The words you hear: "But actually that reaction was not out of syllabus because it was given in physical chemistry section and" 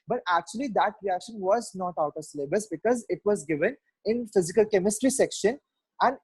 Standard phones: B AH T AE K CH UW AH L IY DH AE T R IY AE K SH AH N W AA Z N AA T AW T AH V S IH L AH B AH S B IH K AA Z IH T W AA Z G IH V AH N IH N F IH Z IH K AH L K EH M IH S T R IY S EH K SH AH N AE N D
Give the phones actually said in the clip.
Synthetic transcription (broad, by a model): B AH T AE K CH UW AH L IY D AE T R IY AE K SH AH N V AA Z N AA T AW T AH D S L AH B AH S B IH K AA Z IH T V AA Z G IH V AH N IH N F IH Z IH K AH L K EH M IH S T R IY S EH K SH AH N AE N D